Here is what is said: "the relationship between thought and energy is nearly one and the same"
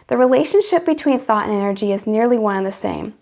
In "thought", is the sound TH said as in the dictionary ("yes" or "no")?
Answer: yes